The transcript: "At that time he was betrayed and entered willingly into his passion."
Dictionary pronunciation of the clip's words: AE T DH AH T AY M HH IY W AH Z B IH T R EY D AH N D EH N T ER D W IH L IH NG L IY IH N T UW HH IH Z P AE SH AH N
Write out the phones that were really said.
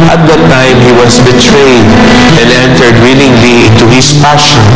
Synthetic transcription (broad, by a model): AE T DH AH T AY M HH IY W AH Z B IH T R EY D AH N D EH N T ER D W IH L IH NG L IY IH N T UW HH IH S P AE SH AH N